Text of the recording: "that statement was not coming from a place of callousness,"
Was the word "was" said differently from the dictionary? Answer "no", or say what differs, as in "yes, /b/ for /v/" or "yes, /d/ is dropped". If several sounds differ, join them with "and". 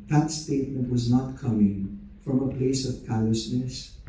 no